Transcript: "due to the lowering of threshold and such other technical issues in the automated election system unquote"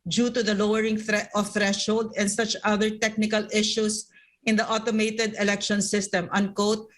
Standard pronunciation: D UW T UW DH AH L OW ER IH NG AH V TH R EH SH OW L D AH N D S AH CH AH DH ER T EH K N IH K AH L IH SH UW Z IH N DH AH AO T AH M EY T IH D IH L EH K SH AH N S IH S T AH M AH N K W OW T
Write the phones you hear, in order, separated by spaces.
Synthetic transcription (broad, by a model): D UW T UW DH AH L OW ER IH NG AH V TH R EH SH OW L D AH N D S AH CH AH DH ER T EH K N IH K AH L IH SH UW S IH N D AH AO T AH M EY T IH D IH L EH K SH AH N S IH S T AH M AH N K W OW T